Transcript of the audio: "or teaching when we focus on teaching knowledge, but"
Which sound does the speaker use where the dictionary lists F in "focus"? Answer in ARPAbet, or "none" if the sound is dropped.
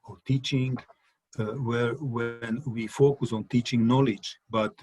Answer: F